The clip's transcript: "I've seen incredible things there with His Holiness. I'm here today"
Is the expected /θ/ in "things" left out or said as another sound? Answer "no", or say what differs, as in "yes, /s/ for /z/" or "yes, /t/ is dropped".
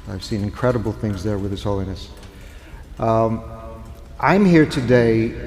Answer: no